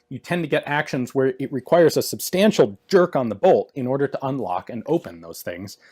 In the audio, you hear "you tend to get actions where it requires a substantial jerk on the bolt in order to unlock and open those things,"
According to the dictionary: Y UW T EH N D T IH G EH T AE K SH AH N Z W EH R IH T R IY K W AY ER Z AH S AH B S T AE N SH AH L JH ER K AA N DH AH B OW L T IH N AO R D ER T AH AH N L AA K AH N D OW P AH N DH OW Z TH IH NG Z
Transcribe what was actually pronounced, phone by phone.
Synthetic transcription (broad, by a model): Y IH T EH N T IH G EH T AE K SH AH N Z W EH R IH T R IY K W AY ER Z AH S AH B S T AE N SH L JH ER K N DH AH B OW L T IH N AO R D ER T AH AH N L AA K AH N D OW P AH N DH OW Z TH IH NG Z